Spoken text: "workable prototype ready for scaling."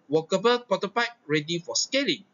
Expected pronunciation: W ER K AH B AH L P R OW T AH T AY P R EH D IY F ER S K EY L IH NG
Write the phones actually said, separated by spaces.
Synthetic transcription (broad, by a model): W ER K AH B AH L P OW T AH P AY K R EH D IY F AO S K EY L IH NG